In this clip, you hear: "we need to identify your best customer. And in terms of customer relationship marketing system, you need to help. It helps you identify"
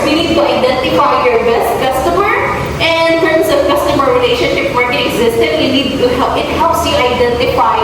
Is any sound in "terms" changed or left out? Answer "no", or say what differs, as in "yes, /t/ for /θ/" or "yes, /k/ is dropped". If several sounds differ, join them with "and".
yes, /s/ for /z/